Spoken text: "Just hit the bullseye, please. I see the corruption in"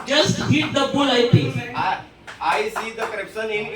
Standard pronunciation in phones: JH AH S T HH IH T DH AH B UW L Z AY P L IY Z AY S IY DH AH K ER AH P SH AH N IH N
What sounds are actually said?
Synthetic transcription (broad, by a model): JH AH S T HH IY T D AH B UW L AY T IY AY S IY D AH K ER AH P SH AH N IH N